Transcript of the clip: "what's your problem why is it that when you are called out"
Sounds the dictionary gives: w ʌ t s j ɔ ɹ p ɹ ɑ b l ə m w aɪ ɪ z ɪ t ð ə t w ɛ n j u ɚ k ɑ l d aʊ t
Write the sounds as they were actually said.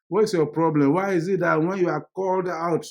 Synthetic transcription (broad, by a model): w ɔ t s j ɔ p ɹ ɑ b l ə m w aɪ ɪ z ɪ t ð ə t w ɛ n j u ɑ k ɑ l d aʊ t